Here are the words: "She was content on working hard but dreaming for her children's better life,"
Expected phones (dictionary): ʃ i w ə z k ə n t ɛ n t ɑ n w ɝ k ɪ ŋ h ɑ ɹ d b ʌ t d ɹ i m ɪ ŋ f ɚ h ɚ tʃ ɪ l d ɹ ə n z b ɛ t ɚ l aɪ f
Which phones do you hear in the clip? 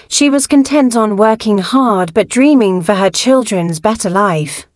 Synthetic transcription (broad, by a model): ʃ i w ə z k ə n t ɛ n t n w ɝ k ɪ ŋ h ɑ ɹ d b ʌ t d ɹ i m ɪ ŋ f ɚ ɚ tʃ ɪ l d ɹ ə n z b ɛ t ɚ l aɪ f